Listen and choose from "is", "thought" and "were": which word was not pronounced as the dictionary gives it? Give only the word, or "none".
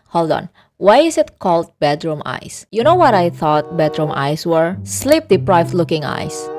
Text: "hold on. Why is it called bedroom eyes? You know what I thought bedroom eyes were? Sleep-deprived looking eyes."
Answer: is